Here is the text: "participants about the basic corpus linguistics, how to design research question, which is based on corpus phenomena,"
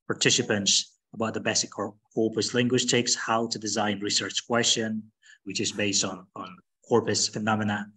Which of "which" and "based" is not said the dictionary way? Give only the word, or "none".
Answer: none